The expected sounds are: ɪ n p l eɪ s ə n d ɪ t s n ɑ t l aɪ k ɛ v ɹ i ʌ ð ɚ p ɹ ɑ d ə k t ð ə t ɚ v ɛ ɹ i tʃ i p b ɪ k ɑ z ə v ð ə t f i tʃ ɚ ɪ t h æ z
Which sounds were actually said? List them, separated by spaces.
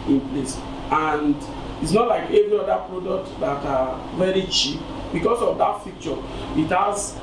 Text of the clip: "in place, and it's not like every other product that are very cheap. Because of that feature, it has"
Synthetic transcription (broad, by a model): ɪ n p l eɪ s ə n d ɪ t s n ɑ t l aɪ k ɛ v ɹ i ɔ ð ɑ p ɹ ɑ d ə k t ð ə t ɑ v ɛ ɹ i tʃ i p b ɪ k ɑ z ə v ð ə t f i tʃ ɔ ɪ t h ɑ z